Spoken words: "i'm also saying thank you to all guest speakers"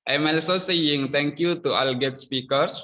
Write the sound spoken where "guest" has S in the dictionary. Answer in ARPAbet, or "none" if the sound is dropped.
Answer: none